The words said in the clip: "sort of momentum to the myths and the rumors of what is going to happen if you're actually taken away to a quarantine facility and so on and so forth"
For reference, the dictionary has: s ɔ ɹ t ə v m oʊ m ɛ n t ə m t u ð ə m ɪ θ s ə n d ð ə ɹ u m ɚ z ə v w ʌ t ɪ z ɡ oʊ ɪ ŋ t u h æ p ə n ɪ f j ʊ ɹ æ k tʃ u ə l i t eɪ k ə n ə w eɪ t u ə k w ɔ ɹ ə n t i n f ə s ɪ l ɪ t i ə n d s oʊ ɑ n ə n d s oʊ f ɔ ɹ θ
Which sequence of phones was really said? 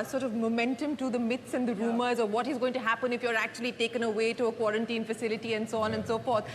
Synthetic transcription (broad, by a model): s ɔ ɹ t ə v m oʊ m ɛ n t ə m t u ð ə m ɪ t s ə n d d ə ɹ u m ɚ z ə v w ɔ t ɪ z ɡ oʊ ɪ ŋ t u h æ p ə n ɪ f j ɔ ɹ æ k tʃ u ə l i t eɪ k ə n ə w eɪ t u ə k w ɔ ɹ ə n t i n f ə s ɪ l ɪ t i ə n d s oʊ ɑ n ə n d s oʊ f ɔ ɹ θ